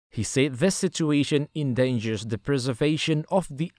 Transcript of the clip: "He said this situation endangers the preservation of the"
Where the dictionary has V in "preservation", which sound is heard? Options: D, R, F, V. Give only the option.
V